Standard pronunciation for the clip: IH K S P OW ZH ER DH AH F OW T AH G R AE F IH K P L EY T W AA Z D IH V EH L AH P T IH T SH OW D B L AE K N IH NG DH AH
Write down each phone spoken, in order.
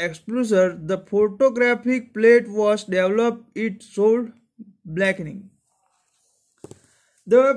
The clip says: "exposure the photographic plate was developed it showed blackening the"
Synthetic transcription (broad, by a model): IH K S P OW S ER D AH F OW T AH G R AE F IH K P L EY T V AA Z D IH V L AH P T IH T S OW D B L AE K N IH NG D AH